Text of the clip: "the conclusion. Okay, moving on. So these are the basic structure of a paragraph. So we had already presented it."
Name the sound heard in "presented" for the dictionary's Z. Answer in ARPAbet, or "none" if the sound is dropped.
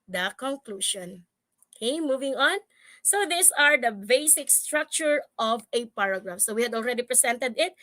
S